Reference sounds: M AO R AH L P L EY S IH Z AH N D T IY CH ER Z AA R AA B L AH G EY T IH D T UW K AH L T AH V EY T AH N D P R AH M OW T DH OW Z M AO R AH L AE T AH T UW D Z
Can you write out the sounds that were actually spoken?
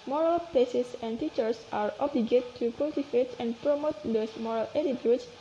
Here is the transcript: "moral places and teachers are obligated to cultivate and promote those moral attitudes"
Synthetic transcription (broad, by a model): M AO R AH L P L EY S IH S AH N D T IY CH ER S AA R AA B L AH G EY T T UW K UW L T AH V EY T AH N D P R AH M OW T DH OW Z M AO R AH L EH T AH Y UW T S